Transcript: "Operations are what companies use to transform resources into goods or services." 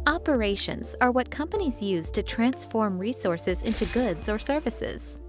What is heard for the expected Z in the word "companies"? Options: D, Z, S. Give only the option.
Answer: Z